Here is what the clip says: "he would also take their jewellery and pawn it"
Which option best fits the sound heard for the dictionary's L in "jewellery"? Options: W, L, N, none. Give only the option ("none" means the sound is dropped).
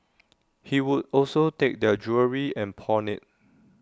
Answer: none